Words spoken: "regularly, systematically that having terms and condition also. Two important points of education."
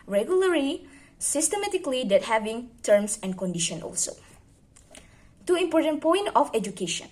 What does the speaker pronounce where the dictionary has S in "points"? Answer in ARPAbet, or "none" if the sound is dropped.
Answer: none